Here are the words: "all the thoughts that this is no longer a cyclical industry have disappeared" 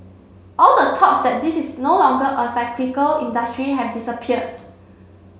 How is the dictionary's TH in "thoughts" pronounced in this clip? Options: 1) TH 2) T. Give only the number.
2